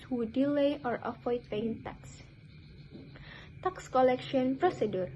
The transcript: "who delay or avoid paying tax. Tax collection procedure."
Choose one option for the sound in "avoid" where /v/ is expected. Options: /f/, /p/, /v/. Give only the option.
/f/